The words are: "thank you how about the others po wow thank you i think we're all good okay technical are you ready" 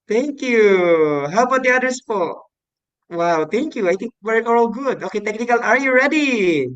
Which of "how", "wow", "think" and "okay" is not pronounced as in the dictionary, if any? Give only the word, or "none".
think